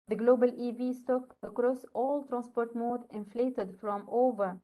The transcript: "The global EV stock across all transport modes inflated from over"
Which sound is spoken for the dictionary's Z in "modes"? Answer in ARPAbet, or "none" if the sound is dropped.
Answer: none